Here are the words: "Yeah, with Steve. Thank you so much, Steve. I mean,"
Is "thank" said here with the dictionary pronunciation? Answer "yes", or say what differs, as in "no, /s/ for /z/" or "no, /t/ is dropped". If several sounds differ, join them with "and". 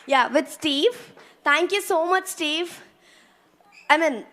no, /t/ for /θ/